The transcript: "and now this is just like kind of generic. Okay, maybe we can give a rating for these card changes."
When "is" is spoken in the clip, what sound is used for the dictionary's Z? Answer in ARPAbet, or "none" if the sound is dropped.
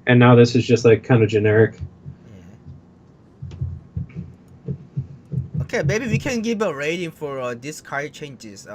Z